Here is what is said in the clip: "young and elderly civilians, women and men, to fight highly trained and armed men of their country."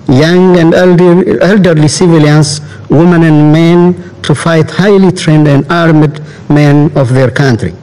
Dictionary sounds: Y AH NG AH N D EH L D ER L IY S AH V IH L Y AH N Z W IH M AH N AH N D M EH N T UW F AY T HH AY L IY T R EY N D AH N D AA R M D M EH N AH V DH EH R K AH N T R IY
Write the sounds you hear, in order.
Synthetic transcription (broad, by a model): Y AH NG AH N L EH L D ER L IY S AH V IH L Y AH N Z W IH M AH N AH N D M EH N T UW F AY T HH AY L IY T R EY N D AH N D AA R M D M EH N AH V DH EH R K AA N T R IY